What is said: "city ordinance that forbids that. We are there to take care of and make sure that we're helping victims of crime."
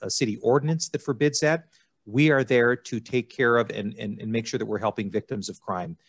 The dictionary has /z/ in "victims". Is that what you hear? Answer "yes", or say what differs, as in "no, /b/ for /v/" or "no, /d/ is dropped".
yes